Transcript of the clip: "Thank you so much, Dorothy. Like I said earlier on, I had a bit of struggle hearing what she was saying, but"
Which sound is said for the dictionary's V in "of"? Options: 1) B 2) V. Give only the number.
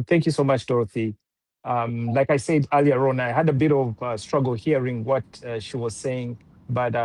2